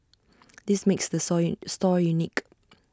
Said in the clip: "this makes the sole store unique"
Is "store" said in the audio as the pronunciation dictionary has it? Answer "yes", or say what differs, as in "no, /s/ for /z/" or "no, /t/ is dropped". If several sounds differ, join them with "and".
yes